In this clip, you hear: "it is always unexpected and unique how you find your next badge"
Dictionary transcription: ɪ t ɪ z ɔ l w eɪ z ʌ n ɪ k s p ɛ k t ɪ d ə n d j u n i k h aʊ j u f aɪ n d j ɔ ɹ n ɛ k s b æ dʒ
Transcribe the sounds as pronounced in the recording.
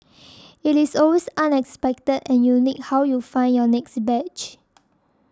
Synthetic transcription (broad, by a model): ɪ t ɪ s ɔ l w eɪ s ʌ n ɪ k s p ɛ k t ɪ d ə n j u n i k h aʊ j u f aɪ n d j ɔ n ɛ k s b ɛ tʃ